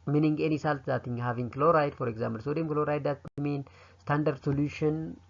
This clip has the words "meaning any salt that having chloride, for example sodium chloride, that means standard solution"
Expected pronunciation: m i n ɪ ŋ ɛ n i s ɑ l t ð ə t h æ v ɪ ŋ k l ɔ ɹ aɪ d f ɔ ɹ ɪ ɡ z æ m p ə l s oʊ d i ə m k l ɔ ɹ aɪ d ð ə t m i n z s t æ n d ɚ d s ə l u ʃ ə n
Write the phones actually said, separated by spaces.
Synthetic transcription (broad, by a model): m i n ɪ ŋ ɛ n i s ɑ l t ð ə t h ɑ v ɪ ŋ k l ɔ ɹ aɪ d f ɔ ɹ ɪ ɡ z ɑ m b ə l s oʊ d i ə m k l ɔ ɹ aɪ d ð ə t m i n s t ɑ n d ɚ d s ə l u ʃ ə n